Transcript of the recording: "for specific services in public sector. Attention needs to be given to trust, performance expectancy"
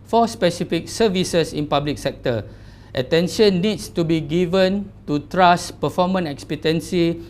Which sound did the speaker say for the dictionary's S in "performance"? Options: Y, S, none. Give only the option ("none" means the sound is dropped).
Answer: none